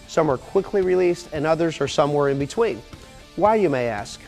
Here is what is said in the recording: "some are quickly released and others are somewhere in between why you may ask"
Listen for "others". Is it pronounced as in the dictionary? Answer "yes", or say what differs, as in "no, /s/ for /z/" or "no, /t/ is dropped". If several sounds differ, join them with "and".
yes